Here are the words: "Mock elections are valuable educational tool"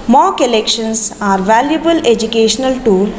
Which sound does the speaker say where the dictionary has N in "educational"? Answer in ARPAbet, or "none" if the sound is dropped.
N